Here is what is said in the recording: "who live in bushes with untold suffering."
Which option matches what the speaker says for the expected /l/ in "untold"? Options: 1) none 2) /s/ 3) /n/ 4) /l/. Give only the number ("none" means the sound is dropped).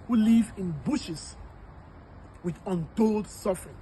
4